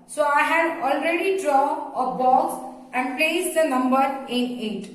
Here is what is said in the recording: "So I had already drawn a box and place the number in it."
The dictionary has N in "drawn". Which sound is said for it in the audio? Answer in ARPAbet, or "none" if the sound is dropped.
none